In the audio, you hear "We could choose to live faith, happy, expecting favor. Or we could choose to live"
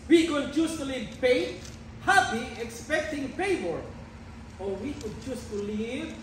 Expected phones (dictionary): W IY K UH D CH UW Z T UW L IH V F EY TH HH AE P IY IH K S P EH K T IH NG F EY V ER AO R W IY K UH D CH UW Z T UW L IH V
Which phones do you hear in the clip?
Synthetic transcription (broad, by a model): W IY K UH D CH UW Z T UW L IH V P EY HH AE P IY IH K S P EH K T IH NG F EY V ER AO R W IY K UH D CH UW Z T UW L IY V